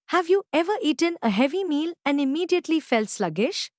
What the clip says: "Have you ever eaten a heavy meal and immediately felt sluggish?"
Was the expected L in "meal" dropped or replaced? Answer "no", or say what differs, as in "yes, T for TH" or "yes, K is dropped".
no